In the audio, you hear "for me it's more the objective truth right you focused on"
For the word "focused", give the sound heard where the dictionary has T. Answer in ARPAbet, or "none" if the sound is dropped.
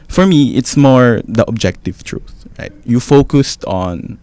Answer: T